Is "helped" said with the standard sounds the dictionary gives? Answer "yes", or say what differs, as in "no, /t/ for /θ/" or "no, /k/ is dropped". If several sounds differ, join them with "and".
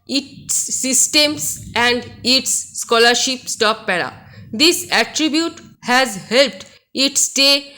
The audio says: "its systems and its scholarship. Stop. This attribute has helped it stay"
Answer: yes